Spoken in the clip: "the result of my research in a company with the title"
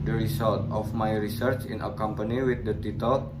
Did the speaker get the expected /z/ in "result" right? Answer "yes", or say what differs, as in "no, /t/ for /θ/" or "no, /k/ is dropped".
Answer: no, /s/ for /z/